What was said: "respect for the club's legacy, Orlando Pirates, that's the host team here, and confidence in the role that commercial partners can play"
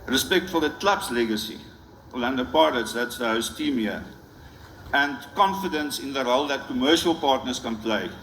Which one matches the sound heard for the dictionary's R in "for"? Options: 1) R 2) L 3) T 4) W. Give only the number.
2